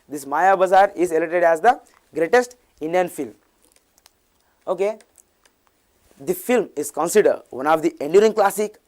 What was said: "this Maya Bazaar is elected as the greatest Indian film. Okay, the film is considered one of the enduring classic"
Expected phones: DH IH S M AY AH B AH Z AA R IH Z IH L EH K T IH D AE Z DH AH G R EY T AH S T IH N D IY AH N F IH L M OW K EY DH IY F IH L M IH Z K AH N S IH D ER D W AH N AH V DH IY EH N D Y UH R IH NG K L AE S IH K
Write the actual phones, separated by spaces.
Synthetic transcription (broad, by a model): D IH S M AY AH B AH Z AA R IH Z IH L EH T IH D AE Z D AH G R EY T AH S T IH N D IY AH N F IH L M OW K EY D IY F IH L M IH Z K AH N S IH D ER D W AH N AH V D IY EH N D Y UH R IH NG K L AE S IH K